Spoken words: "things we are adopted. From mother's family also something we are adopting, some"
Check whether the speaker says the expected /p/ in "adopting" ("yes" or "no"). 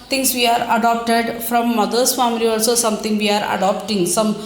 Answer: yes